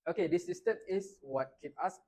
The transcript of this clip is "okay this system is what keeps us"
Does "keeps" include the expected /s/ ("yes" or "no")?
no